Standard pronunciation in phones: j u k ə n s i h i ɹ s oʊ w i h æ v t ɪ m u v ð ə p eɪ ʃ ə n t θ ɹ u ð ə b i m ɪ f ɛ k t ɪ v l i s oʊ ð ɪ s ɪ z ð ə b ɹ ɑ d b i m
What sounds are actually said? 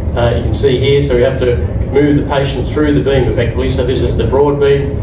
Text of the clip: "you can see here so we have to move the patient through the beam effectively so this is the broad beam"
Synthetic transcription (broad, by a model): j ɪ k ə n s i h i ɹ s oʊ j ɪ h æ f t ɪ m u v ð ə p eɪ ʃ n θ ɹ u ð ə b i m ɪ f ɛ k t ɪ v l i s oʊ ð ɪ s ɪ z ð ə b ɹ ɑ d b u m